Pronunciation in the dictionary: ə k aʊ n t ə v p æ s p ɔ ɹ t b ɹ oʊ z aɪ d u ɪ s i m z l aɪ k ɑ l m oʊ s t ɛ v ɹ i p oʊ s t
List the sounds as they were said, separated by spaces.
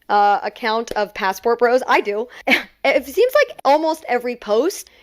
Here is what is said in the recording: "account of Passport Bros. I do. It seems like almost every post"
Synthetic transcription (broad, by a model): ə k aʊ n t ə v p æ s p ɔ ɹ t b ɹ oʊ z aɪ d u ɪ s i m z l aɪ k ɑ l m oʊ s t ɛ v ɹ i p oʊ s t